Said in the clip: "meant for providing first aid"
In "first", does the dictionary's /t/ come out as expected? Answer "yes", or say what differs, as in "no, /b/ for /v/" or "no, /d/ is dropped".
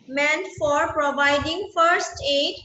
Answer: yes